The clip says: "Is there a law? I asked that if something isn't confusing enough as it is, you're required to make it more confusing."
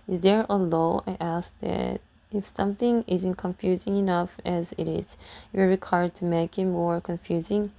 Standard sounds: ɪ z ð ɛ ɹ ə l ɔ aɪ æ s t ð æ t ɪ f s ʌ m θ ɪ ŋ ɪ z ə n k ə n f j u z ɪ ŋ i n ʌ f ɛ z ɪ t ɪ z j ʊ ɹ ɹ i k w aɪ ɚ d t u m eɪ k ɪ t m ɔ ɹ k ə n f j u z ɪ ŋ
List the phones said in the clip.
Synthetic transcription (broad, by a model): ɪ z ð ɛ ɹ ə l ɔ aɪ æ s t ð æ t ɪ f s ʌ m θ ɪ ŋ ɪ z ə n k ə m f j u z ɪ ŋ i n ʌ f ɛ z ɪ t ɪ z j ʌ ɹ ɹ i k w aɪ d t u m eɪ k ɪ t m ɔ ɹ k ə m f j u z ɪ ŋ